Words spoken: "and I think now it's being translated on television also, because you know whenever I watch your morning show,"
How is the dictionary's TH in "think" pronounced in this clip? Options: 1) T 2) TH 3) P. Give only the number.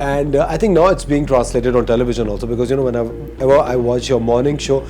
1